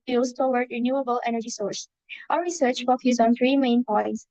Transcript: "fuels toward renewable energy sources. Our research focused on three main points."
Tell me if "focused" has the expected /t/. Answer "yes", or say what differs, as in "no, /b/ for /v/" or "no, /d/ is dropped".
no, /t/ is dropped